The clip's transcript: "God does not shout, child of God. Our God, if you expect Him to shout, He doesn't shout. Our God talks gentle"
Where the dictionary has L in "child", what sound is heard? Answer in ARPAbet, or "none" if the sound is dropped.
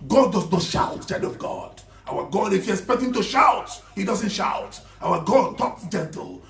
none